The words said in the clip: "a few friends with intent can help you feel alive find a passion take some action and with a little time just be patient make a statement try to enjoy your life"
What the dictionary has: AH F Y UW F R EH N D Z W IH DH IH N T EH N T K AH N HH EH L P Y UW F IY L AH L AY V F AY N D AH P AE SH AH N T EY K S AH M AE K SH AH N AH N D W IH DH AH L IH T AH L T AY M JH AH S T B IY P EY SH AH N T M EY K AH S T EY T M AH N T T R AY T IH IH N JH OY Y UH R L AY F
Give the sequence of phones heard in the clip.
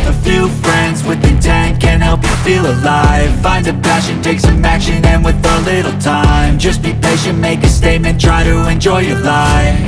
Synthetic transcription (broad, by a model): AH F Y UW F R EH N D Z W IH DH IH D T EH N K AH N HH EH L P Y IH F IY L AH L AY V F AY N D AH P AE SH AH N T EY K S AH M AE K SH AH N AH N W IH DH AH L IH T L T AY M JH AH S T B IY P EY AH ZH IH M EY K AH S T EY T M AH N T T R AY T IH IH N JH OY Y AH R L AY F